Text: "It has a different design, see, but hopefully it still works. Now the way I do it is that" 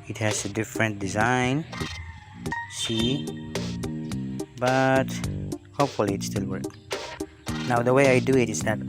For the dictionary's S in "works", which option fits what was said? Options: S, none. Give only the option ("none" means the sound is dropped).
none